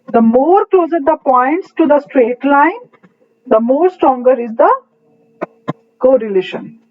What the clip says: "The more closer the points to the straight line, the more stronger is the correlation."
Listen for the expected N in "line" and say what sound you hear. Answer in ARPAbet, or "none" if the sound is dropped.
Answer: N